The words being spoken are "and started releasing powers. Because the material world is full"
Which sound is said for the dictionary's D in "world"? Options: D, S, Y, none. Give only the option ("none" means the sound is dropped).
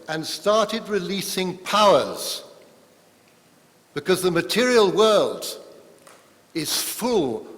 D